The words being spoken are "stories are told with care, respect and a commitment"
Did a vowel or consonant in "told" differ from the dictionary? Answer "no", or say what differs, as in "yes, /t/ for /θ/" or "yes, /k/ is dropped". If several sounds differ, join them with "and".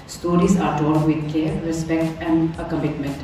yes, /l/ is dropped